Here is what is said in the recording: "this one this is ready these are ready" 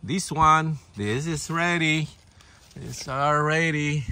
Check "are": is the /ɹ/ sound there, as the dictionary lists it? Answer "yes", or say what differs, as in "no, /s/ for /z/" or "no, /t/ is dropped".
no, /l/ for /ɹ/